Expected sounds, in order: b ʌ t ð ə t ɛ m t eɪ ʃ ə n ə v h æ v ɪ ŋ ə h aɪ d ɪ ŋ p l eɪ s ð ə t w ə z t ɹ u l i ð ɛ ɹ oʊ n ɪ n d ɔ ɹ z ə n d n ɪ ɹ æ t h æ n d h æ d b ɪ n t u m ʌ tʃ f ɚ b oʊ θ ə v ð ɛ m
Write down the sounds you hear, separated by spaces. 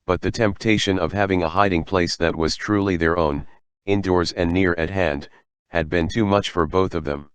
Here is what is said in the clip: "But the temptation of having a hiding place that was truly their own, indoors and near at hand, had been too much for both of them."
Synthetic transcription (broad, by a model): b ʌ t ð ə t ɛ m t eɪ ʃ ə n ə v h æ v ɪ ŋ ə h aɪ d ɪ ŋ p l eɪ s ð ə t w ə z t ɹ u l i ð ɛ ɹ oʊ n ɪ n d ɔ ɹ z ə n n ɪ ɹ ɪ t h æ n d h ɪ d b ɪ n t u m ʌ tʃ f ɚ b oʊ θ ə v ð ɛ m